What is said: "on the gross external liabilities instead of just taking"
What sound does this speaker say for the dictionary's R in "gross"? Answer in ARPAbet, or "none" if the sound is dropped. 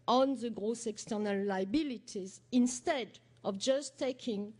R